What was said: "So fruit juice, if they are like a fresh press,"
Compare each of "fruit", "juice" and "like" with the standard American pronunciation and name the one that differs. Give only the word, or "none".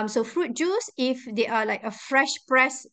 none